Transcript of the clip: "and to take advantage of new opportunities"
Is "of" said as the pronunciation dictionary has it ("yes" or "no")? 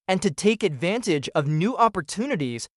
yes